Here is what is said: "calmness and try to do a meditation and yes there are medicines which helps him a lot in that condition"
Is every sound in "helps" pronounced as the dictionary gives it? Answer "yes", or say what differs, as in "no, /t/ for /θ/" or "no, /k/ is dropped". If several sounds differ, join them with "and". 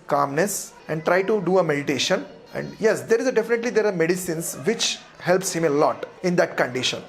yes